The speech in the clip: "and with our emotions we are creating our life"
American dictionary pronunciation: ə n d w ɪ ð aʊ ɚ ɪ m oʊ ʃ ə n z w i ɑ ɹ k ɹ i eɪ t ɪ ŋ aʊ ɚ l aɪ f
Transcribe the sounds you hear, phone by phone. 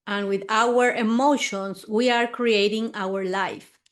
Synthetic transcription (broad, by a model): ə n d w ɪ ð aʊ ɚ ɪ m oʊ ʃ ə n s w i ɑ ɹ k ɹ i eɪ t ɪ ŋ aʊ ɚ l aɪ f